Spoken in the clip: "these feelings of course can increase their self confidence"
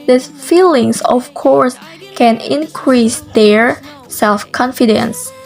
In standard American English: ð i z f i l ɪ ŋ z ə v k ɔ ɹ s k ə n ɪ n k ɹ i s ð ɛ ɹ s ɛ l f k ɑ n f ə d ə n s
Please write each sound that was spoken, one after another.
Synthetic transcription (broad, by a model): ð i f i l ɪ ŋ s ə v k ɔ ɹ s k ə n ɪ n k ɹ i s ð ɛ ɹ s ɛ l f k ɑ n f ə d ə n s